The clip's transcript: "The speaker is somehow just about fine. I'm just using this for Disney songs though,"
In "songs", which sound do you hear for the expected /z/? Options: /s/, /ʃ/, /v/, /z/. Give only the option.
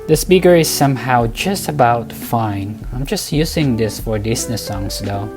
/s/